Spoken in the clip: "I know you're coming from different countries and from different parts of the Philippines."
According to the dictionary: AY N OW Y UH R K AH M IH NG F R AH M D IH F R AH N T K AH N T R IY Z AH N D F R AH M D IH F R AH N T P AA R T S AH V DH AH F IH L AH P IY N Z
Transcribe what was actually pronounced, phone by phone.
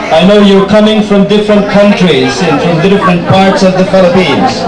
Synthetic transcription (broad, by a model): AY N OW Y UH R K AH M IH NG F R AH M D IH F R AH N T K AH N T R IY Z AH N F R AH M D IH F R AH N T P AA R T S AH V DH AH F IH L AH P IY N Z